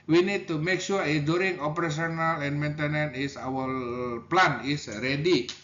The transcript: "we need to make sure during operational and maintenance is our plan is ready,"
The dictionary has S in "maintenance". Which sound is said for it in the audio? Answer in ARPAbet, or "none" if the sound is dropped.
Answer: none